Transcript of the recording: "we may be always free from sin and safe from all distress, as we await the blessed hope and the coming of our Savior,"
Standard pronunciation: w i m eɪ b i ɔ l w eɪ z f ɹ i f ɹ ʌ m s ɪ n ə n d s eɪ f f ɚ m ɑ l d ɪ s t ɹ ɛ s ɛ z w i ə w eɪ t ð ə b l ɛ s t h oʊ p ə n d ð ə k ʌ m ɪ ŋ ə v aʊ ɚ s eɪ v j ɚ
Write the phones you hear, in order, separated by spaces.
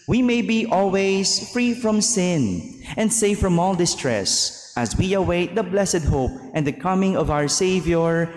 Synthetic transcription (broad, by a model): w i m eɪ b i ɔ l w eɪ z f ɹ i f ɹ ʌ m s ɪ n ə n d s eɪ f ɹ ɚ m ɑ l d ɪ s t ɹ ɛ s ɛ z w i ə w eɪ t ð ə b l ɛ s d h oʊ p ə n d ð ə k ʌ m ɪ ŋ ə v aʊ ɚ s eɪ v j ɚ